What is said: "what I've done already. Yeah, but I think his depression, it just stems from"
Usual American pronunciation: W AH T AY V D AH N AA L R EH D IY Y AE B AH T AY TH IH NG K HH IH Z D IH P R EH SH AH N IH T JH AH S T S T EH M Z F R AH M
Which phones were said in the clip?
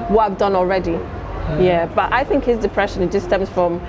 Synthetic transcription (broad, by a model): W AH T AY V D AH N AA L R EH D IY Y AE B AH T AY TH IH NG K HH IH Z D IH P R EH SH AH N IH T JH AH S S T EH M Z F R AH M